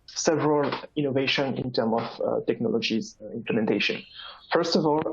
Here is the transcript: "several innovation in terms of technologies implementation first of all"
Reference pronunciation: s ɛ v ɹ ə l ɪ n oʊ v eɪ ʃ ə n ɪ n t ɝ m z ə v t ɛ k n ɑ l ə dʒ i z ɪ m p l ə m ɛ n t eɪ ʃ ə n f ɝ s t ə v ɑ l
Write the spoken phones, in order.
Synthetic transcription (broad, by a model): s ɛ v ɹ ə l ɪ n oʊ v eɪ ʃ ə n ɪ n t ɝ m ə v t ɛ k n ɑ l ə dʒ i z ɪ m p l ə m ɛ n t eɪ ʃ ə n f ɝ s t ə v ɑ l